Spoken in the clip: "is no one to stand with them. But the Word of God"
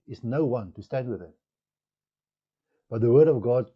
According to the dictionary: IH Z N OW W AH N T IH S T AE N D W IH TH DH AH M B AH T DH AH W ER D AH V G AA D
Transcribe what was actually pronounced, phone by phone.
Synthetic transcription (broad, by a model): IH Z N OW W AH N T IH S T AE N D W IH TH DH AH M B AH T DH AH W ER D AH V G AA D